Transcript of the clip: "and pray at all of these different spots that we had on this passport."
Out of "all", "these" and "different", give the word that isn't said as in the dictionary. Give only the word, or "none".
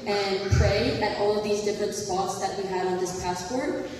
none